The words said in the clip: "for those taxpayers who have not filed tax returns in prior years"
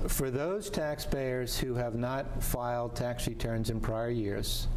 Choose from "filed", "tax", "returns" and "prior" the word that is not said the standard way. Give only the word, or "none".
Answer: none